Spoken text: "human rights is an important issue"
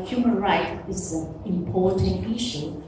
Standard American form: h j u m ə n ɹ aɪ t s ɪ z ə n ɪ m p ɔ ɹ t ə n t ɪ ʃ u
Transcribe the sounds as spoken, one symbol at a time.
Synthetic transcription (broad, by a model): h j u m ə n ɹ aɪ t ɪ z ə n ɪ m p ɔ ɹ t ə n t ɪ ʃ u